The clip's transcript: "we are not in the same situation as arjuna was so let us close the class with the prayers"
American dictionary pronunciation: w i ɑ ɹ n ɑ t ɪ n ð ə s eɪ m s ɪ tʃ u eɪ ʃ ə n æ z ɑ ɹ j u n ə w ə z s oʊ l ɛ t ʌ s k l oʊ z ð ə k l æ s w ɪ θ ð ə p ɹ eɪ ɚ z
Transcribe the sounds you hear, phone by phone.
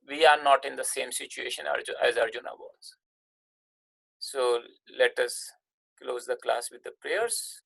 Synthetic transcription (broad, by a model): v i ɑ ɹ n ɑ t ɪ n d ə s eɪ m s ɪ tʃ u eɪ ʃ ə n æ z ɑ ɹ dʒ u n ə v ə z s oʊ l ɛ t ʌ s k l oʊ z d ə k l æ s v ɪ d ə p ɹ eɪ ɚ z